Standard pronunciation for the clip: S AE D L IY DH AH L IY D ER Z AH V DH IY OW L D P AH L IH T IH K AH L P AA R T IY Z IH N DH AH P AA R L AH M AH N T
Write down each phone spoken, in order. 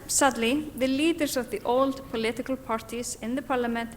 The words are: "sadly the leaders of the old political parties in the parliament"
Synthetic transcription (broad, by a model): S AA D L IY DH AH L IY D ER S AH V DH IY OW L D P AH L IH T IH K AH L P AA R T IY S IH N DH AH P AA R L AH M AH N T